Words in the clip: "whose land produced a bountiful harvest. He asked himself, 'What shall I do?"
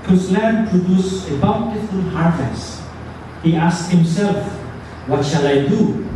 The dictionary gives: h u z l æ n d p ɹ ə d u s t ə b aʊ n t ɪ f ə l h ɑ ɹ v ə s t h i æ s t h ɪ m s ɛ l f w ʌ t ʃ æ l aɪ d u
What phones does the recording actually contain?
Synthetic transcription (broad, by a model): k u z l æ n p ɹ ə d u s ə b aʊ n t ɪ f ə l h ɑ ɹ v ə s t h i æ s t h ɪ m s ɛ l f w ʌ t ʃ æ l aɪ d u